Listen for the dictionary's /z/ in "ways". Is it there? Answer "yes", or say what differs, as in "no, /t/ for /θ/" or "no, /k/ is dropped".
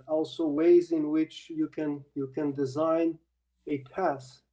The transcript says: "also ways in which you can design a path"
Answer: yes